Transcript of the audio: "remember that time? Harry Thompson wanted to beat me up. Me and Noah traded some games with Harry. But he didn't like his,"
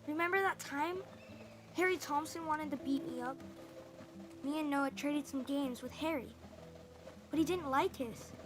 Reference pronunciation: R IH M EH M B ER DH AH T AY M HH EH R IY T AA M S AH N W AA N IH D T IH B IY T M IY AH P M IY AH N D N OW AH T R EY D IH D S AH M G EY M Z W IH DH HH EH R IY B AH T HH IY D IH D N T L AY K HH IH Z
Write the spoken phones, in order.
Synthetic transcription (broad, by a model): R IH M EH M B ER DH AH T AY M HH EH R IY T AA M S AH N W AA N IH D T IH B IY T M IY AH P M IY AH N N OW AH T R EY D IH D S AH M G EY M Z W IH DH HH EH R IY B AH T HH IY D IH D N T L AY K HH IH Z